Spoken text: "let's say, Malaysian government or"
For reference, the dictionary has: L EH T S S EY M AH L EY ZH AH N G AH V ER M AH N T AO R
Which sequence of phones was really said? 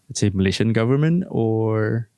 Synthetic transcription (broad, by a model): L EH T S S EY M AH L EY SH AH N G AH V ER M AH N T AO R